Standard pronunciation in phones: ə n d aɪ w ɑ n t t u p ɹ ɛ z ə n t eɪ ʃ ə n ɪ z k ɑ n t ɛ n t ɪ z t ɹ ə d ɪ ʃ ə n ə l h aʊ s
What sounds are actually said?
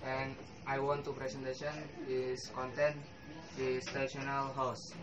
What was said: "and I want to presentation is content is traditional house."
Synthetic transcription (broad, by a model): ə n aɪ w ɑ n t t u p ɹ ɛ s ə n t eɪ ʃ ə n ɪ s k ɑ n t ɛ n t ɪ s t ə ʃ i ə n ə l h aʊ s